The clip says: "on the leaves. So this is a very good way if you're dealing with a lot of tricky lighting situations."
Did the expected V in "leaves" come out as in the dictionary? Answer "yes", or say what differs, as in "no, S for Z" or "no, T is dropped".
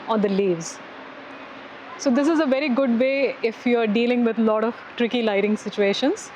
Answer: yes